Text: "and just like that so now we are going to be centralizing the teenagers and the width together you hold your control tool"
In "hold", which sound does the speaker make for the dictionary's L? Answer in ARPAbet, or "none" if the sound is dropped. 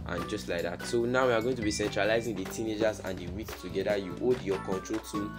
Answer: none